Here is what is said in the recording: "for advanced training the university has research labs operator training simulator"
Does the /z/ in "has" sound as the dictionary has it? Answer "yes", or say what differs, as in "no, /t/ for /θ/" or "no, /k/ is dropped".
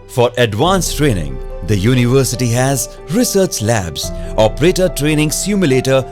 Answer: yes